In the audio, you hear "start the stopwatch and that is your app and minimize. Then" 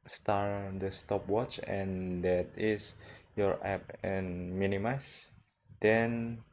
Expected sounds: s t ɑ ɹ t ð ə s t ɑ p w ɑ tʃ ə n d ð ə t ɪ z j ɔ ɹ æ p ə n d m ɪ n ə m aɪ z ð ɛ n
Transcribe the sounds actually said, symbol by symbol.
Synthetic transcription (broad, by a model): s t ɑ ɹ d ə s t ɑ p w ɑ tʃ ə n d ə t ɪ s j ɔ ɹ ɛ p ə n m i n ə m aɪ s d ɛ n